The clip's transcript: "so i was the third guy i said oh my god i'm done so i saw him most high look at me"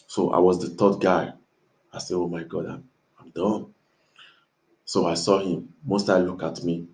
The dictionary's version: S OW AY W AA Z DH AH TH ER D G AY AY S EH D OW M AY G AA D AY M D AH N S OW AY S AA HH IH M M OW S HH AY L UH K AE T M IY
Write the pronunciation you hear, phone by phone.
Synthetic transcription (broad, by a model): S OW AY W AA Z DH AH T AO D G AY AY S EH OW M AY G AA D AY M D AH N S OW AY S AA HH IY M M OW S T AY L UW K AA T M IY